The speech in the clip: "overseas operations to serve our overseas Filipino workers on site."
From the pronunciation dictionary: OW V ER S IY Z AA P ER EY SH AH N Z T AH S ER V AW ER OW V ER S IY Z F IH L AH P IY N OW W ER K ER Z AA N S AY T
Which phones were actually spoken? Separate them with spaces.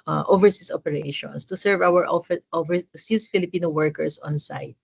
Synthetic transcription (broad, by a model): OW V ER S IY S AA P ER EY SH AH N S T AH S ER V AW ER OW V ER S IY S F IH L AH P IY N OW W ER K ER S AA N S AY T